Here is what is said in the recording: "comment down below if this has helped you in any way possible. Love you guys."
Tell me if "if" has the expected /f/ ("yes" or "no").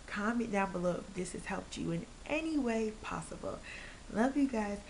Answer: no